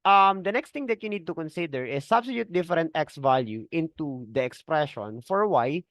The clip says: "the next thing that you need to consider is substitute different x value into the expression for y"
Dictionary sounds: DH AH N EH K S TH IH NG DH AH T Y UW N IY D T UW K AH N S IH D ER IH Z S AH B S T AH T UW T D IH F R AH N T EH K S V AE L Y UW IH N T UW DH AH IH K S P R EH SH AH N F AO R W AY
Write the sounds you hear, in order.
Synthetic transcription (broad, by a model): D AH N EH K S T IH NG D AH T Y UW N IY D T UW K AH N S IH D ER IH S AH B S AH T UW T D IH F R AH N T EH K S V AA L Y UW IH N T UW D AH IH K S P R EH SH AH N F AO R W AY